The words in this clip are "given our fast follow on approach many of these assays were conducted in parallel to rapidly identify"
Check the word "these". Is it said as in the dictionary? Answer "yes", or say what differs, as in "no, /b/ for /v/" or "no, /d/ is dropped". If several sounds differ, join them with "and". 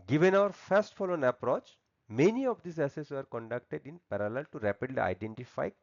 no, /s/ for /z/